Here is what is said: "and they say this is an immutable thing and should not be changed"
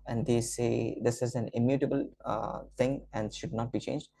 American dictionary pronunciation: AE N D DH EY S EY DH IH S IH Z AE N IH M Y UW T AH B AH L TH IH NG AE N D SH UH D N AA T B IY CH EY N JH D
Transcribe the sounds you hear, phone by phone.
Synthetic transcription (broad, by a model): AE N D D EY S EY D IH S IH Z AE N IH M Y UW T AH B AH L T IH NG AE N D SH UH D N AA T B IY CH EY N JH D